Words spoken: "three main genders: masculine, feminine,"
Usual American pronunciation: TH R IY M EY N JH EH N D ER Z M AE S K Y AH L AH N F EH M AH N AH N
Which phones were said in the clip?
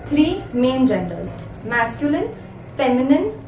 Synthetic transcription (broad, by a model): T R IY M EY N JH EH N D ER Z M AE S K Y AH L AH N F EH M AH N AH N